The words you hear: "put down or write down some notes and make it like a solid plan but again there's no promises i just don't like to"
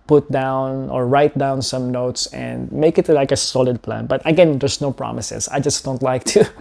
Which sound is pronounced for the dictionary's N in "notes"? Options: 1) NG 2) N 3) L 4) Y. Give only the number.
2